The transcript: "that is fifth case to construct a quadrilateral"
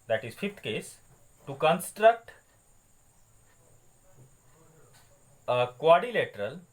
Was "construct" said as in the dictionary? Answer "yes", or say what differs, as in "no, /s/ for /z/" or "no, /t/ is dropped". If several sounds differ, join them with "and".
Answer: yes